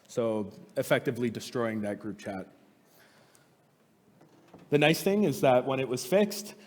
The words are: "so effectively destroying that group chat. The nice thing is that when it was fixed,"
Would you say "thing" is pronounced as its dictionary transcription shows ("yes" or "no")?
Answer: yes